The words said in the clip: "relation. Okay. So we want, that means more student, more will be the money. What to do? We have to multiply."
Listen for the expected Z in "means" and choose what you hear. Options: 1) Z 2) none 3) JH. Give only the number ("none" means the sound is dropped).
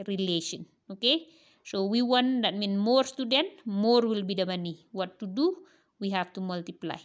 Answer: 2